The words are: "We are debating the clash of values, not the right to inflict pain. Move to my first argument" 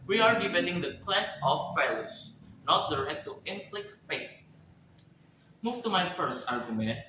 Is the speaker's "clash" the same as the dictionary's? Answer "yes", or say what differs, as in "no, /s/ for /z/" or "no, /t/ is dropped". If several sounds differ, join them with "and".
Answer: no, /s/ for /ʃ/